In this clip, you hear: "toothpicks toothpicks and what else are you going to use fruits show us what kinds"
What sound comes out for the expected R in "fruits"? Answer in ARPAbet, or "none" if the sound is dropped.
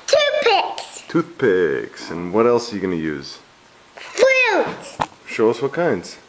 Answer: L